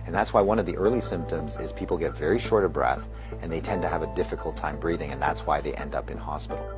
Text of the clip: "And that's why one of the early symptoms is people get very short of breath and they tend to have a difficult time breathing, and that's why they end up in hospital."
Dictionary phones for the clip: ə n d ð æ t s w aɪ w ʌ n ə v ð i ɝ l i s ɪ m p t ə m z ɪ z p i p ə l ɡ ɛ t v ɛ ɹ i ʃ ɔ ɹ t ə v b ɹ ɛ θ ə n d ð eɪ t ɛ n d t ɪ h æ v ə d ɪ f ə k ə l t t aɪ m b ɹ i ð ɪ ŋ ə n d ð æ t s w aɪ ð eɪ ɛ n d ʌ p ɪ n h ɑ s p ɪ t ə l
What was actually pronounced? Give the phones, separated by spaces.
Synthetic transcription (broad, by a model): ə n ð æ t s w aɪ w ʌ n ə v ð i ɝ l i s ɪ m p t ə m z ɪ z p i p l ɡ ɛ t v ɛ ɹ i ʃ ɔ ɹ t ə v b ɹ ɛ θ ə n ð eɪ t ɛ n t ɪ v ə d ɪ f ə k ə l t t aɪ m b ɹ i ð ɪ ŋ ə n ð æ t s w aɪ ð eɪ ɛ n d ʌ p ɪ n h ɑ s p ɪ t l